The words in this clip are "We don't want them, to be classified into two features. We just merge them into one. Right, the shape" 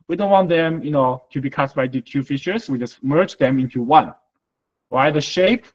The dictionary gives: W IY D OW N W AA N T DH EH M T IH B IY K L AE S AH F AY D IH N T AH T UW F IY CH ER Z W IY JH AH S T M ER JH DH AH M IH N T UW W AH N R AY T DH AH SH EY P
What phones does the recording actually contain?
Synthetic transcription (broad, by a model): W IY D OW N W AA N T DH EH M T IH B IY K AA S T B AY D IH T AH T UW F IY SH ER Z W IY JH AH S T M ER JH DH AH M IH N T UW W AH N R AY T DH AH SH EY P